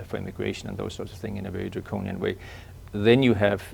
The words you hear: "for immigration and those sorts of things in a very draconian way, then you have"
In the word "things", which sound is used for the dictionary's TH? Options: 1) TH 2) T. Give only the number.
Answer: 1